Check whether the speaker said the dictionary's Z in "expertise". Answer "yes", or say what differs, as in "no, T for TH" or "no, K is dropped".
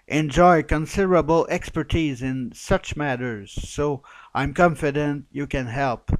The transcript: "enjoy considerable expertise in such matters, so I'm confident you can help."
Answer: yes